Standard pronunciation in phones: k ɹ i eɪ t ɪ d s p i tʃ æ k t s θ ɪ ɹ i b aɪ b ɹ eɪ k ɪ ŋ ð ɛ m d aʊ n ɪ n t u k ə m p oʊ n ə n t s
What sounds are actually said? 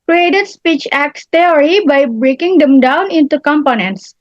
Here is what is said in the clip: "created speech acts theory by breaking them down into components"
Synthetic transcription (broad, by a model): k ɹ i eɪ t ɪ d s p i tʃ æ k t s t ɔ ɹ i b aɪ b ɹ eɪ k ɪ ŋ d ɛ m d aʊ n ɪ n t u k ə m p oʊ n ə n t s